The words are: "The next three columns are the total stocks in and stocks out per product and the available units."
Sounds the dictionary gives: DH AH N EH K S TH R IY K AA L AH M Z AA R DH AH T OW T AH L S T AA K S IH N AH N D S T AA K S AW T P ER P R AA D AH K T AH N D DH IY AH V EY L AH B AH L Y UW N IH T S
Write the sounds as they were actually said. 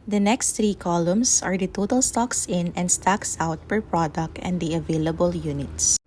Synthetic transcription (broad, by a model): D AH N EH K S T R IY K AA L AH M S AA R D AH T OW T AH L S T AA K S IH N AH N D S T AA K S AW T P ER P R AA D AH K T AH N D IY AH V EY L AH B AH L Y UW N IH T S